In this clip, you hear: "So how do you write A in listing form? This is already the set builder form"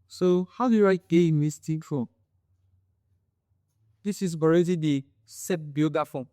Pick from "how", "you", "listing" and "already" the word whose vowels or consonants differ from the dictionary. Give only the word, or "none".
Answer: listing